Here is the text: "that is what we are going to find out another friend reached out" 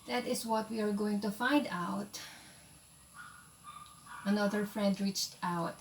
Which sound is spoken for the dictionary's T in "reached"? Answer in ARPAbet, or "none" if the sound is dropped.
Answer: T